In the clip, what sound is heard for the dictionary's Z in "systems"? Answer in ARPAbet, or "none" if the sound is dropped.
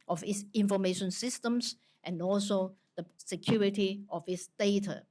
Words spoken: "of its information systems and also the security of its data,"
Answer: S